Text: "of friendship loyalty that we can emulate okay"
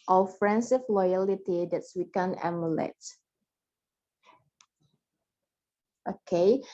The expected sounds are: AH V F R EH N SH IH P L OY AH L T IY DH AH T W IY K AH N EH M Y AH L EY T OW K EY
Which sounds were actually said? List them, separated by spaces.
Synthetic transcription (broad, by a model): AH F R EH N S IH F L OY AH L T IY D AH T W IY K AH N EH M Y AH L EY T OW K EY